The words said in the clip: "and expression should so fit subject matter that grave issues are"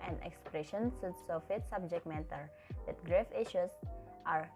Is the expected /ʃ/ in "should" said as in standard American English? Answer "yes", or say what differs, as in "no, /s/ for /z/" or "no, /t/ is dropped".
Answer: no, /s/ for /ʃ/